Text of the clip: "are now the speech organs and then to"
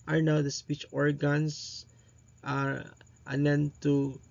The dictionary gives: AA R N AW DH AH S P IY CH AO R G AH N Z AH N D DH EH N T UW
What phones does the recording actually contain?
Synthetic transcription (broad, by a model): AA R N AW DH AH S P IY CH AO R G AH N S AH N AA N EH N T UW